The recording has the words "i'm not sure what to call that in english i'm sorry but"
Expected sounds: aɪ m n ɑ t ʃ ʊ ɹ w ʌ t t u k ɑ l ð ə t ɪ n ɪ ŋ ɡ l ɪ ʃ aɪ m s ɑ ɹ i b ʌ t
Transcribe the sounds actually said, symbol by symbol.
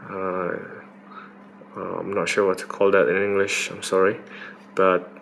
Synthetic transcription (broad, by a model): aɪ m n ɑ t ʃ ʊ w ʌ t t u k ɑ l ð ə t ɪ n ɪ ŋ ɡ l ɪ ʃ aɪ m s ɑ ɹ i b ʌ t